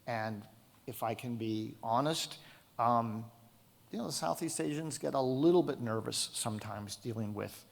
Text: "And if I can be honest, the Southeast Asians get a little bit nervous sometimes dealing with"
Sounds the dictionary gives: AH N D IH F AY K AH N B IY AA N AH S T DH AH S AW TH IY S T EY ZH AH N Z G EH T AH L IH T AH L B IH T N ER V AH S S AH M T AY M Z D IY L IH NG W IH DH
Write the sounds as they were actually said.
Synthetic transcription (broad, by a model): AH N IH F AY K AH N B IY AA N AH S T DH AH S AW TH IY S T EY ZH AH N Z G EH T AH L IH T L B IH T N ER V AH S S AH M T AY M Z D IY L IH NG W IH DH